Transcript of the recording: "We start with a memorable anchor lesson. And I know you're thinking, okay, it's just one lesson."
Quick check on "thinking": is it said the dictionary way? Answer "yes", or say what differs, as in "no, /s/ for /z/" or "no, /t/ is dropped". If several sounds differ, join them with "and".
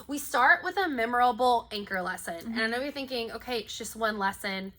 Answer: yes